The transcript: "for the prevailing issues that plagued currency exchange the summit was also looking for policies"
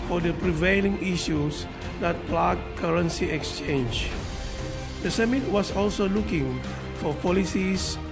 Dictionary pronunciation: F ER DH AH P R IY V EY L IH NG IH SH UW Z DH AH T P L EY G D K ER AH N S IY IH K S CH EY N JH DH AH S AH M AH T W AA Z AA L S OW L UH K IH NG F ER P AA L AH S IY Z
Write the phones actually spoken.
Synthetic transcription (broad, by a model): F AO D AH P R IY V EY L IH NG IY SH UW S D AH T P L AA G K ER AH N S IY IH K S CH EY N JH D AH S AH M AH T W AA S AA L S OW L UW K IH NG F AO P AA L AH S IY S